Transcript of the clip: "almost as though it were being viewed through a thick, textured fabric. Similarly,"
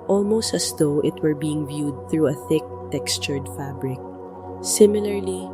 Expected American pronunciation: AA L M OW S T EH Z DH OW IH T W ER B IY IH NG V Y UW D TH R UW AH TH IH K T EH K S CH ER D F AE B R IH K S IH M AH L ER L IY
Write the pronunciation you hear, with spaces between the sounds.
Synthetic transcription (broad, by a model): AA L M OW S T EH S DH OW IH T W ER B IY IH NG V Y UW D TH R UW AH TH IH K T EH K S CH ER D F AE B R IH K S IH M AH L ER L IY